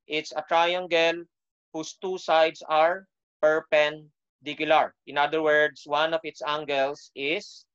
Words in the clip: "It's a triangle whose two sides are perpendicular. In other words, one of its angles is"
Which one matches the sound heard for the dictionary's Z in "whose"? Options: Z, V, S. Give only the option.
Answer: S